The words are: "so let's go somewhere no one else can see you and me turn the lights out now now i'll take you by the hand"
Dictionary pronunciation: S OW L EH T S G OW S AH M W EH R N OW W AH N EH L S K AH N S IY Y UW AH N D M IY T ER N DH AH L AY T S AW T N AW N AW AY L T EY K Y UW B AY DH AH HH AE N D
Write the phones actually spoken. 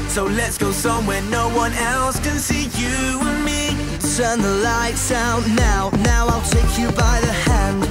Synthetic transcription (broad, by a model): S OW L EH T S G OW S AH M W EH R N OW W AH N EH L S K AH N S IY Y UW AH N M IY T ER N DH AH L AY T S AW N AW N AW AY L T EY K Y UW B AY DH AH HH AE N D